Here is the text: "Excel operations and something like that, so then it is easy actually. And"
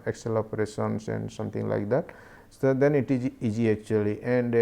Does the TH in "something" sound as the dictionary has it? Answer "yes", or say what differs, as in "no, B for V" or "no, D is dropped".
no, T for TH